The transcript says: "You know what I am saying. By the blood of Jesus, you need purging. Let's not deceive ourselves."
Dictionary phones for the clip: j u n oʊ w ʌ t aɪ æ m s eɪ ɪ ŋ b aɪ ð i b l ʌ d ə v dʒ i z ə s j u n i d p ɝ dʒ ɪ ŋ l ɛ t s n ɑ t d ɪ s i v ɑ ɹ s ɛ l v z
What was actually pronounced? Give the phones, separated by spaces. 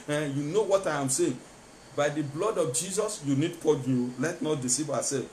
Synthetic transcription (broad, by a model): j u n oʊ w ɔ t aɪ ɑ m s eɪ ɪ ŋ b aɪ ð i b l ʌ d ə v dʒ i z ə s j u n i d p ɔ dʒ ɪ l ɛ t n ɑ t d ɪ s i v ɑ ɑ s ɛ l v